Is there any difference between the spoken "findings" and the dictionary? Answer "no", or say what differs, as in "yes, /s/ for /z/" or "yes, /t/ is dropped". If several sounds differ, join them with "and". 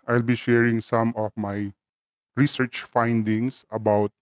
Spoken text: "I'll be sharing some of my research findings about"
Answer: yes, /s/ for /z/